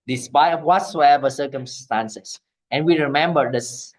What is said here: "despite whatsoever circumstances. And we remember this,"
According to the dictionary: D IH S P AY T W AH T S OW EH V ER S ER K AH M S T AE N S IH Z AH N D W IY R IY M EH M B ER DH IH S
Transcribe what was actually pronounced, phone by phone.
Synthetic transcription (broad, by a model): D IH S P AY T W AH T S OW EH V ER S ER K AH M S T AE N S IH S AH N W IY R IY M EH M B ER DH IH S